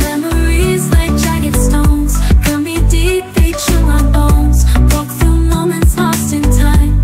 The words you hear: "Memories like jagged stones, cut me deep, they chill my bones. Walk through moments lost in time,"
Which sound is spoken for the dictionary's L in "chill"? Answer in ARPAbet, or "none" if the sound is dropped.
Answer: N